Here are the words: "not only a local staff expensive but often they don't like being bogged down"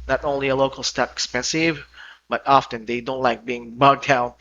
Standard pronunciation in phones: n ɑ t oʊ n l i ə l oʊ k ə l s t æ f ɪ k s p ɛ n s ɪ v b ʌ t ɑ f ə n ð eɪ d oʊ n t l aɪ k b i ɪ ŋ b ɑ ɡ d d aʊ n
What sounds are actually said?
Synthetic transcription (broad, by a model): n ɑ t oʊ n l i ə l oʊ k l s t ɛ p ɪ k s p ɛ n s ɪ v b ʌ t ɑ f ə n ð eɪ d oʊ n t l aɪ k b i ɪ ŋ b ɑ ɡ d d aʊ n